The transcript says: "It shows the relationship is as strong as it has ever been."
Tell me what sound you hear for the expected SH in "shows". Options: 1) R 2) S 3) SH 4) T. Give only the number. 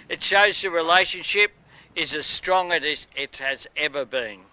3